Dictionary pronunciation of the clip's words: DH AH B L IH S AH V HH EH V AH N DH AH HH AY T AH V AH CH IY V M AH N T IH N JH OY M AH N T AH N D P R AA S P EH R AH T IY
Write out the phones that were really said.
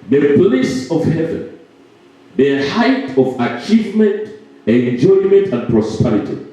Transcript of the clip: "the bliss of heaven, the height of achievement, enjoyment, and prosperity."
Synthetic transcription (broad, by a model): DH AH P L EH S AH V HH EH V AH N DH AH HH AY T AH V AH CH IY V M AH N T IH N JH OY M AH N T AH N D P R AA S P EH R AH T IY